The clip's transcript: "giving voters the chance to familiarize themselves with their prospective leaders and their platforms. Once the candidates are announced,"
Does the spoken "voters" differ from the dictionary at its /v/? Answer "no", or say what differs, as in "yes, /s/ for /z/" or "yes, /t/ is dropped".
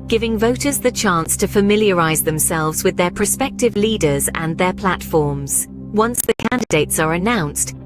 no